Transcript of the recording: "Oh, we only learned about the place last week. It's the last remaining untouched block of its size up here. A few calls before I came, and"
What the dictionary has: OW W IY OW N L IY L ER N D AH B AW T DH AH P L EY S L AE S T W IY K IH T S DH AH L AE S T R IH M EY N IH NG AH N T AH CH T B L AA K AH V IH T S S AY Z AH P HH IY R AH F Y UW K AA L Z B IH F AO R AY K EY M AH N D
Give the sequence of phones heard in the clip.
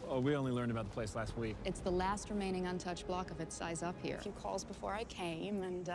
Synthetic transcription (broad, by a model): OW W IY OW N L IY L ER N D AH B AW T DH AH P L EY S L AE S T W IY K IH T S DH AH L AE S T R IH M EY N IH NG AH N T AH CH B L AA K AH V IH T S S AY Z AH P HH IY R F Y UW K AA L Z B IH F AO R AY K EY M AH N